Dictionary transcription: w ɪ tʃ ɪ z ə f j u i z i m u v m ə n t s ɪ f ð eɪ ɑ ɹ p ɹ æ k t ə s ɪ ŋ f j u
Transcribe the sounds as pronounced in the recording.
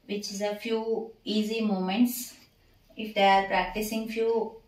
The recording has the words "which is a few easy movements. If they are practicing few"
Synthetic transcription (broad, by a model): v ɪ tʃ ɪ z ə f j u i z i m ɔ m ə n t s ɪ f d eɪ ɑ ɹ p ɹ æ k t ə s ɪ ŋ f j u